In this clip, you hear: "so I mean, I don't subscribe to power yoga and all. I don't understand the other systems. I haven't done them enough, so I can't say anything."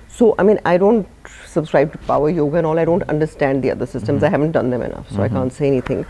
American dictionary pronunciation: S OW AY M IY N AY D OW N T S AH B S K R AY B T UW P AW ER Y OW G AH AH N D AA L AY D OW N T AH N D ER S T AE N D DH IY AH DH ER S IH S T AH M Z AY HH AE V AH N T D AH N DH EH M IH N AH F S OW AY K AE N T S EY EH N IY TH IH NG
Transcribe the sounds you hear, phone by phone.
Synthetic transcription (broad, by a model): S OW AY M IY N AY D OW N T S AH B S K R AY B T UW P AW ER Y OW G AH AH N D AA L AY D OW N T AH N D ER S T AE N D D IY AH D ER S IH S T AH M Z AY HH AE V AH N T D AH N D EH M IH N AH F S OW AY K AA N T S EY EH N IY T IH NG